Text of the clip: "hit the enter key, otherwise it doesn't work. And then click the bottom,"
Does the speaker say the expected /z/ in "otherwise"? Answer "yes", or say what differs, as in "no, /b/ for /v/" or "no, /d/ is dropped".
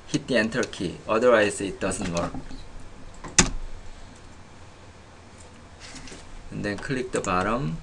no, /s/ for /z/